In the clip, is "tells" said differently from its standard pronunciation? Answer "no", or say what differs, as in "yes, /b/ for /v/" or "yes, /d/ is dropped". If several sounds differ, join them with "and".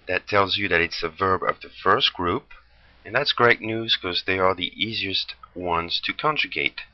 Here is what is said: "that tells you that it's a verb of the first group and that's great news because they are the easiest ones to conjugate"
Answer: no